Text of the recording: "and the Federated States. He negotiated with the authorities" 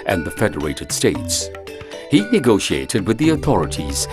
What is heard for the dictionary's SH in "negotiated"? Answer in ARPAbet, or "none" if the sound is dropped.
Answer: SH